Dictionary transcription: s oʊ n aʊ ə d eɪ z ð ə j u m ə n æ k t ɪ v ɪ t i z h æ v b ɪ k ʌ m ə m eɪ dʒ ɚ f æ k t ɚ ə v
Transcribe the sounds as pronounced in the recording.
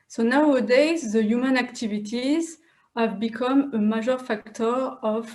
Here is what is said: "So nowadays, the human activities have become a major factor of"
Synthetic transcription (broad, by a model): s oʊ n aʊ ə d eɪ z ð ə j u m ə n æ k t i v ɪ t i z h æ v b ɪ k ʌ m ə m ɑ ʒ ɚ f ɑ k t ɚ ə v